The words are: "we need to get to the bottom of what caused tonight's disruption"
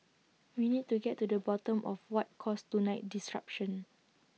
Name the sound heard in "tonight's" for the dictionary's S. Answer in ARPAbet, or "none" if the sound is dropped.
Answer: none